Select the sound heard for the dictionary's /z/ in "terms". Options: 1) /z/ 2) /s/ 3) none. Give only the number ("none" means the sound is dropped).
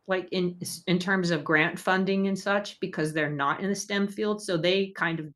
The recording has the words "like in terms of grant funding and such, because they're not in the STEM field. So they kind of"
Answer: 1